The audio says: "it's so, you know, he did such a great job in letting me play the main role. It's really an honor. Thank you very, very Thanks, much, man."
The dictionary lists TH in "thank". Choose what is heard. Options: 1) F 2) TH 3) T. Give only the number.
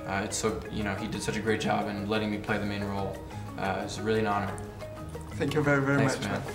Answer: 2